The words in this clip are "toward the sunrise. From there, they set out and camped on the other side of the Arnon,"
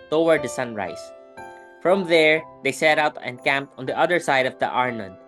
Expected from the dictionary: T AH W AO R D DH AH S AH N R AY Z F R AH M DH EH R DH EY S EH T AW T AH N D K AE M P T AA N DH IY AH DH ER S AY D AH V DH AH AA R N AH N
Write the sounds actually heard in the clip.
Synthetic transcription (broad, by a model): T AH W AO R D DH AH S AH N R AY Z F R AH M DH EH R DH EY S EH T AW T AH N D K AE M P T AA N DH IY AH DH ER S AY D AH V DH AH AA R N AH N